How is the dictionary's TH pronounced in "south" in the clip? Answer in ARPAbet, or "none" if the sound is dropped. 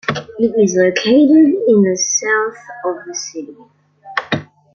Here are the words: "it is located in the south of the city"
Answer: TH